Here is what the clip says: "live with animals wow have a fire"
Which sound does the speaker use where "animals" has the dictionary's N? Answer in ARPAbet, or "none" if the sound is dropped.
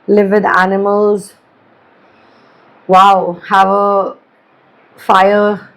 N